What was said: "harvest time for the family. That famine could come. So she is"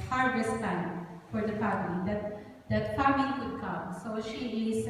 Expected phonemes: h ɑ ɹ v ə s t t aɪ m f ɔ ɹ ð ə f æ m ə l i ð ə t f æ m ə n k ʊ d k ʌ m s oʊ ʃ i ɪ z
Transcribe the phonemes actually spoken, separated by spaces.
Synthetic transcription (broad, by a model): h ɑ ɹ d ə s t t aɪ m f ɔ ɹ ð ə f æ m ə l i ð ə t f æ m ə l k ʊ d k ʌ m s oʊ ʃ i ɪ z